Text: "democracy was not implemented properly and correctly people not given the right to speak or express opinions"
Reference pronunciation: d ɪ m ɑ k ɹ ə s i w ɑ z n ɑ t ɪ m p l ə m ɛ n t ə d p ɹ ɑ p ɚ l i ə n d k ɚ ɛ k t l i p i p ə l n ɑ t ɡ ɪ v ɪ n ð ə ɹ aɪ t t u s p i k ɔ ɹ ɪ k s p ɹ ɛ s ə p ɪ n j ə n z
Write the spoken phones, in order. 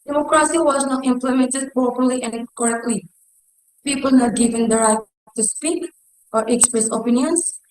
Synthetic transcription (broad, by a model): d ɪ m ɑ k ɹ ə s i w ɑ z n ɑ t ɪ m p l ə m ɛ n t ə d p ɑ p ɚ l i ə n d k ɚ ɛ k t l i p i p ə l n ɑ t ɡ ɪ v ɪ n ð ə ɹ aɪ t t u s p i k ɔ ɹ ɪ k s p ɹ ɛ s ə p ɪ n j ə n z